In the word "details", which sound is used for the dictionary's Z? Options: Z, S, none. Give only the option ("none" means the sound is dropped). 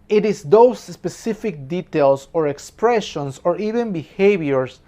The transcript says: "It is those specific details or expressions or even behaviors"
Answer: S